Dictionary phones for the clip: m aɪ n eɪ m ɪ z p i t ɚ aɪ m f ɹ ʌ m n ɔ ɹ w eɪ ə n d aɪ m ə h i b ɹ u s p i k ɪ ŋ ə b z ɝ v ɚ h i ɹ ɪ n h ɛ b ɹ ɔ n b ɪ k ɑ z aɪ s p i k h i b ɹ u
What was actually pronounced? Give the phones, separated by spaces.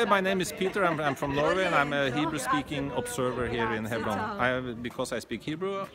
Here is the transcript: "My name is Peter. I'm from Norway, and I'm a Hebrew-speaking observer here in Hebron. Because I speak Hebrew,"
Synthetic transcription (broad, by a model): m aɪ n eɪ m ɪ s p i t ɚ aɪ m f ɹ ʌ m n ɔ ɹ w eɪ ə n aɪ m ə h i b ɹ u s p i k ɪ ŋ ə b s ɝ v ɚ h i ɹ ɪ n h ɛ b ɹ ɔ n b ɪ k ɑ s aɪ s p i k h i b ɹ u